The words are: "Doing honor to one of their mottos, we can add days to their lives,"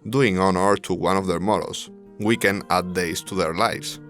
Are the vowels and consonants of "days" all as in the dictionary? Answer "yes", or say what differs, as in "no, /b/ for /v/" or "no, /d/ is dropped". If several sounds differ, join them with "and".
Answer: no, /s/ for /z/